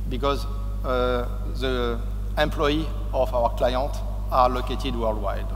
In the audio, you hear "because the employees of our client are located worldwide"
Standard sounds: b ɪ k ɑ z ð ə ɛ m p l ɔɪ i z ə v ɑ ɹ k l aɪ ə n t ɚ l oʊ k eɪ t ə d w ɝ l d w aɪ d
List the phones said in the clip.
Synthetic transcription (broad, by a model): b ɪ k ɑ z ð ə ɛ m p l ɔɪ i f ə w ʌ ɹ k l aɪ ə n t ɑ l oʊ k eɪ t ə d w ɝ l d w aɪ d